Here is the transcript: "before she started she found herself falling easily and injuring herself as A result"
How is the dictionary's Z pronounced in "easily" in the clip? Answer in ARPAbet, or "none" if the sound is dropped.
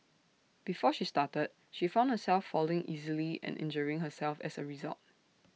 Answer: Z